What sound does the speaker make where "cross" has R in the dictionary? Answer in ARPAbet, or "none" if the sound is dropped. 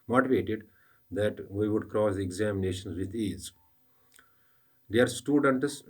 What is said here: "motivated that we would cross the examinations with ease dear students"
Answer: R